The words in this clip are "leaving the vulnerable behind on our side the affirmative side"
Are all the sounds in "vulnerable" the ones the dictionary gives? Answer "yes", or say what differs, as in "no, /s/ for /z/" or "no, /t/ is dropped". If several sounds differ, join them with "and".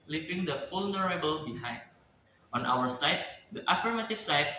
no, /f/ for /v/